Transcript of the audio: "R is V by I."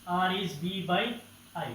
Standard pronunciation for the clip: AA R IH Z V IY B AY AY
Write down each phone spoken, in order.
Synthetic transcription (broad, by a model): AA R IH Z B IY B AY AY